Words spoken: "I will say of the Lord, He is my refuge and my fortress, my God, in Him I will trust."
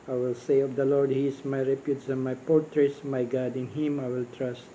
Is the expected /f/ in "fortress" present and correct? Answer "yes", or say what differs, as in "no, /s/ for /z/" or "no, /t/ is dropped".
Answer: no, /p/ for /f/